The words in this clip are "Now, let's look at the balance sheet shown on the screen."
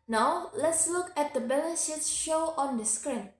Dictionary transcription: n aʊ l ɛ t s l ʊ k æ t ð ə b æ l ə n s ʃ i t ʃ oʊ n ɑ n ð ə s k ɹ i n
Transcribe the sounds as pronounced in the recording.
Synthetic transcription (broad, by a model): n aʊ l ɛ t s l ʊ k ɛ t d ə b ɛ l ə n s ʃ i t ʃ oʊ ɑ n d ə s k ɹ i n